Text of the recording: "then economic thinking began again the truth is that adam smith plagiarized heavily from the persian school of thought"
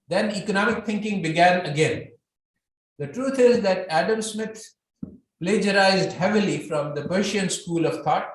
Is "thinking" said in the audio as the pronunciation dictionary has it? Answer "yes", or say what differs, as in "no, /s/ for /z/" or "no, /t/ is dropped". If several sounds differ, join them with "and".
no, /t/ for /θ/